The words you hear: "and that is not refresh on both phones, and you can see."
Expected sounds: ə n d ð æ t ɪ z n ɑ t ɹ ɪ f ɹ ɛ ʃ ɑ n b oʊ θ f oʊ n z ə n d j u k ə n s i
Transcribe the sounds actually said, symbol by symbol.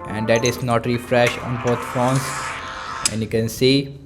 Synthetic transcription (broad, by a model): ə n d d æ t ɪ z n ɑ t ɹ ɪ f ɹ ɛ ʃ ɑ n b oʊ t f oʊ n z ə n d j u k ə n s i